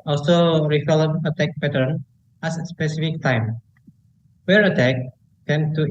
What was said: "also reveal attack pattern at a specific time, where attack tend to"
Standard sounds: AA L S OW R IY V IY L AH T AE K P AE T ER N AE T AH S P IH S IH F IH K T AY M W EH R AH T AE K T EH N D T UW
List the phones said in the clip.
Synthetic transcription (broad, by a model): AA L S OW R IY F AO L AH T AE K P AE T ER N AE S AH S P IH S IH F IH K T AY M W EH R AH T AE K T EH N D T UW